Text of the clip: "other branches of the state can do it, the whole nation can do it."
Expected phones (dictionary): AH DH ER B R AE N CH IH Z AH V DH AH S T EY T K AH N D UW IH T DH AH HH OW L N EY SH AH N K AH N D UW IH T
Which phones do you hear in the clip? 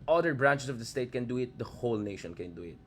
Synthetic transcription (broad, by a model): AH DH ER B R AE N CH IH S AH V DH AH S T EY T K AH N D UW IH T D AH HH OW L N EY SH AH N K AH N D UW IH T